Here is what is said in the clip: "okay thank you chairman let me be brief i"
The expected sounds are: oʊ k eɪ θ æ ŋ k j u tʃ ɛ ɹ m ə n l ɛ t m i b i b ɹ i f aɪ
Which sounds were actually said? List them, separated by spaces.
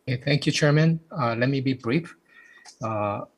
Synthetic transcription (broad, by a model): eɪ θ æ ŋ k j u tʃ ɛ ɹ m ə n l ɛ t m i b i b ɹ i f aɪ